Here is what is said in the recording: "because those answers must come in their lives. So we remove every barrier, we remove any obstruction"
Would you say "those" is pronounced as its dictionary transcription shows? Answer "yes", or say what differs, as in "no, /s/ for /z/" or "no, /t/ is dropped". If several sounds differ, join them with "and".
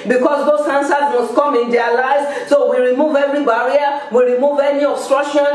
no, /s/ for /z/